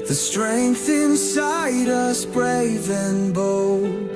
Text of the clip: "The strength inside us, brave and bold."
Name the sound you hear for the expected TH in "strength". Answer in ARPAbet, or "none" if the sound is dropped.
TH